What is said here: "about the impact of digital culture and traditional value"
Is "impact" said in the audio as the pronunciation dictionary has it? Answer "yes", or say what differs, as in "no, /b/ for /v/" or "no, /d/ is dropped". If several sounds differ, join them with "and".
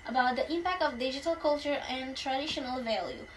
yes